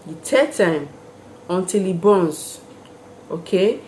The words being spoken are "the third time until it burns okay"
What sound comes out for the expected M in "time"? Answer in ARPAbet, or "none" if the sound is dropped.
M